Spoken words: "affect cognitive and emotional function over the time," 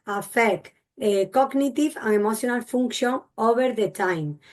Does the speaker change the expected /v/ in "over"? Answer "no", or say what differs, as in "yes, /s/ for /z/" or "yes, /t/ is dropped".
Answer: yes, /b/ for /v/